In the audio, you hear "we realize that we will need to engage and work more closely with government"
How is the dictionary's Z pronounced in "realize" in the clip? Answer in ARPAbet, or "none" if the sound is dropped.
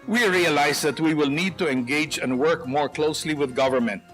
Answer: S